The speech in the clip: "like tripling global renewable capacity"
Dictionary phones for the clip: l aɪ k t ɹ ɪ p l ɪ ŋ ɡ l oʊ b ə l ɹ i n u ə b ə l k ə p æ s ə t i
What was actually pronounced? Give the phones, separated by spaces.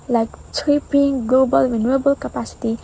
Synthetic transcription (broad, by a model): l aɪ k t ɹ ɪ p ɪ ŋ ɡ l oʊ b ə l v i n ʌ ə b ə l k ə p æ s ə t i